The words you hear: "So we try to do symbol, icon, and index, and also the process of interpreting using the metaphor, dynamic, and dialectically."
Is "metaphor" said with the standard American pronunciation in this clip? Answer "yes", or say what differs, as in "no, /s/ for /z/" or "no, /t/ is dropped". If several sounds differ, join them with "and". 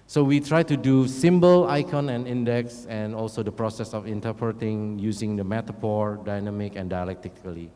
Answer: no, /p/ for /f/